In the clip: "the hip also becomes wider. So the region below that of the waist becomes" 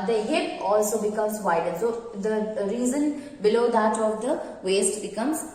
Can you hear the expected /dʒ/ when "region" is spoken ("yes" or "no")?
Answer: no